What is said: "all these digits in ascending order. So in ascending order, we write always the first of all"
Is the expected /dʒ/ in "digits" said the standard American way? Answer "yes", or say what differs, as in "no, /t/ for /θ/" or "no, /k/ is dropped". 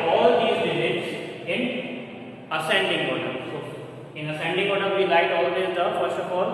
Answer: no, /z/ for /dʒ/